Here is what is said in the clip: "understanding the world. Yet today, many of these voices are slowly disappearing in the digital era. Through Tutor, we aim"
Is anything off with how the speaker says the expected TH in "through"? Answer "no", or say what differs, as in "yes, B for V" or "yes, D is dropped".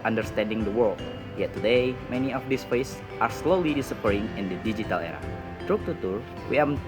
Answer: yes, T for TH